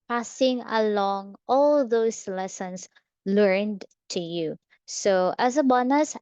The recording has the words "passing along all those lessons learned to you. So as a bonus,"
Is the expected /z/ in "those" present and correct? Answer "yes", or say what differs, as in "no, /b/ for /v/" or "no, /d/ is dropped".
no, /s/ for /z/